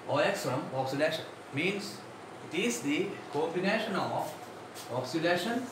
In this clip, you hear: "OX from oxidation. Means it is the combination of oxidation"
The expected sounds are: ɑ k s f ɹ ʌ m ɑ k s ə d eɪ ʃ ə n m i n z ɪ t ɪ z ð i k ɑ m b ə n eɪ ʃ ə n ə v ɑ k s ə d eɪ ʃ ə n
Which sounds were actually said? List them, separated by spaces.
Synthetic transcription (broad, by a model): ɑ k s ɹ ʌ m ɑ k s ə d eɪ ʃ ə n m i n s ɪ t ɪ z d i k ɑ b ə n eɪ ʃ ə n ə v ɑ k s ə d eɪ ʃ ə n